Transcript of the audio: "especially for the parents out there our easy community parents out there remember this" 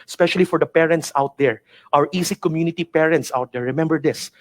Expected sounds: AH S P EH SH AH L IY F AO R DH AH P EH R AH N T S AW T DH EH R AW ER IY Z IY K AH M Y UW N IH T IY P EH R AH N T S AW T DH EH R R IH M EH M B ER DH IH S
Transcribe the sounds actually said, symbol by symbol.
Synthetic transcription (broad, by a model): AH S P EH SH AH L IY F AO R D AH P EH R AH N T S AW T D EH R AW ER IY S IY K AH M Y UW N IH T IY P EH R AH N T S AW T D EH R R IH M EH M B ER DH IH S